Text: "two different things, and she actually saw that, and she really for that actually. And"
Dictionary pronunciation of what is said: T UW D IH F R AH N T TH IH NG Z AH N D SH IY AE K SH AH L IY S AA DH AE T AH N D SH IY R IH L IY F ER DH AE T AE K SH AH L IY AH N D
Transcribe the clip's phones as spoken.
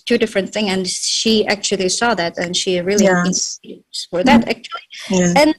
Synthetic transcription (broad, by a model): T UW D IH F R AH N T TH IH NG AH N SH IY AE K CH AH L IY S AA DH AE T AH N SH IY R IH L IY F ER DH AE T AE K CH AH L IY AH N